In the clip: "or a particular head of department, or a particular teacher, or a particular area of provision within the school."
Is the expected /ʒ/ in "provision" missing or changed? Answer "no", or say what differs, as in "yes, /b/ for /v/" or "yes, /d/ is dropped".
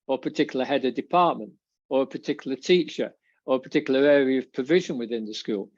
no